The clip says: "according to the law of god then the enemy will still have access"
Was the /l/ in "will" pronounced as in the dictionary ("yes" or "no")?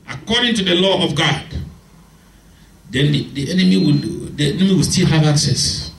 no